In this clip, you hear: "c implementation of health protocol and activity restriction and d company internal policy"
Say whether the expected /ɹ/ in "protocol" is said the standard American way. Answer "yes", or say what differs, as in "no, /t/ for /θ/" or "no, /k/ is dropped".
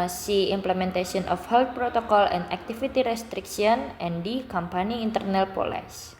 yes